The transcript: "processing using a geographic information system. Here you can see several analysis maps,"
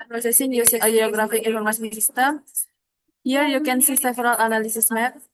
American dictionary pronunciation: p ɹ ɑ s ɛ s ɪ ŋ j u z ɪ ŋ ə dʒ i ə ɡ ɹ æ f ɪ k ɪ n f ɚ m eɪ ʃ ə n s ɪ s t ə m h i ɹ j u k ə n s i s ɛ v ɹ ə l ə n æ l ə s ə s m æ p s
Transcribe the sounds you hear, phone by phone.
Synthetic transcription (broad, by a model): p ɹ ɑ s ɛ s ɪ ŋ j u s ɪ ə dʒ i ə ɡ ɹ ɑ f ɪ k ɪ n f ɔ m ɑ s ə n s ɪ s t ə m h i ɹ j u k ə n s i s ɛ f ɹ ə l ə n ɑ l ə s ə s m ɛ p